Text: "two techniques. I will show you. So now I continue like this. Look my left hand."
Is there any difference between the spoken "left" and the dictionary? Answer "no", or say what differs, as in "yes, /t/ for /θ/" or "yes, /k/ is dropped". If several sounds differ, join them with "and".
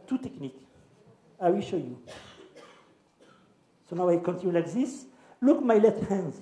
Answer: yes, /f/ is dropped